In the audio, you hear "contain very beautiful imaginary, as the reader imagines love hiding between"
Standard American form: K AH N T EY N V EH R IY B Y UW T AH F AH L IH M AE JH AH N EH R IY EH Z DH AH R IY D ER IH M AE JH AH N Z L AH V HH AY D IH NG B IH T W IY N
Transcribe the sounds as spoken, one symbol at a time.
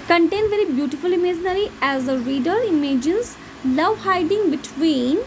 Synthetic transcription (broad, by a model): K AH N T EY N V EH R IY B Y UW T AH F AH L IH M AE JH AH N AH R IY EH Z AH R IY D ER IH M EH JH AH N S L AH V HH AY D IH NG B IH T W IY N